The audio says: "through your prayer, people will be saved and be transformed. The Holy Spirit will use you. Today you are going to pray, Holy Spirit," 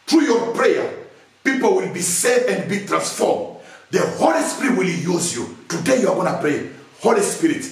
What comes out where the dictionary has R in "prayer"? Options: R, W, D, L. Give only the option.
R